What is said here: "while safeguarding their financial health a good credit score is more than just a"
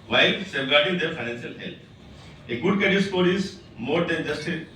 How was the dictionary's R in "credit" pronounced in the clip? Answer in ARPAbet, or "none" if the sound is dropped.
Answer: none